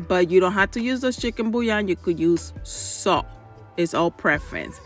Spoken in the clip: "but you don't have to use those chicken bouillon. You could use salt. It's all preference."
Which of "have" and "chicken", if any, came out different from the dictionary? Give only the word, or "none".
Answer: have